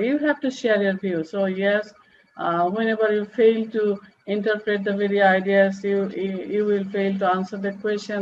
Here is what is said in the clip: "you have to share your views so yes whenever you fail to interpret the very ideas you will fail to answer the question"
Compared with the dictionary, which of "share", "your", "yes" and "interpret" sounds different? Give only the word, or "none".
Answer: none